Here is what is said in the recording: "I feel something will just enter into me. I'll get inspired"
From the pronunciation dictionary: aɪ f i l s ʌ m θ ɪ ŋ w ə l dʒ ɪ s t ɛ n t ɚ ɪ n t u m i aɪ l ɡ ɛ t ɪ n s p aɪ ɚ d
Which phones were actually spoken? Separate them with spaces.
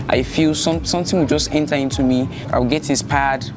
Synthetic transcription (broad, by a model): aɪ f i l s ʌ m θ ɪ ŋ w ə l dʒ ɪ s t ɛ n t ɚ ɪ n t u m i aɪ w ɡ ɛ t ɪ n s p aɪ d